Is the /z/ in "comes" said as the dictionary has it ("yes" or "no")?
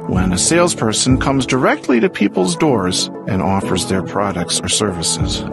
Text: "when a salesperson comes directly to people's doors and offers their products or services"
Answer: yes